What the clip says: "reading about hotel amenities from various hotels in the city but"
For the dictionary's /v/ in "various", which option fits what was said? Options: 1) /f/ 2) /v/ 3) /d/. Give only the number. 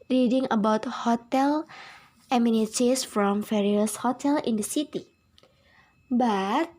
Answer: 1